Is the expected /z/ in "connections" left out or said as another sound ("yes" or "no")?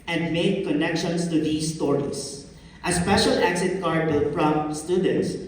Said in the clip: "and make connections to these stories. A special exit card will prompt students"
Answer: yes